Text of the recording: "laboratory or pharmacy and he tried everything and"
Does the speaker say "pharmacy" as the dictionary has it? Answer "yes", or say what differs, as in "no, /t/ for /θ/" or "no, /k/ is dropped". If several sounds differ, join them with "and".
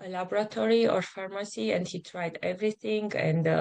yes